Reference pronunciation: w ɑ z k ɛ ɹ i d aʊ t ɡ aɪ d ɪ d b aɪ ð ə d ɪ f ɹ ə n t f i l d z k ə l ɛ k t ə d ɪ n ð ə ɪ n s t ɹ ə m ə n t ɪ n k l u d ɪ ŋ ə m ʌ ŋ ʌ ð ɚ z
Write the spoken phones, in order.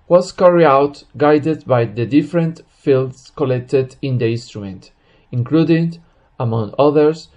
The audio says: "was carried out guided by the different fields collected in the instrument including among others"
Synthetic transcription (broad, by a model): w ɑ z k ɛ ɹ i aʊ t ɡ aɪ d ɪ d b aɪ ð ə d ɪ f ɹ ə n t f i l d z k ə l ɛ k t ə d ɪ n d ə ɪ n s t ɹ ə m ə n t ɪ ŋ k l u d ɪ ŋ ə m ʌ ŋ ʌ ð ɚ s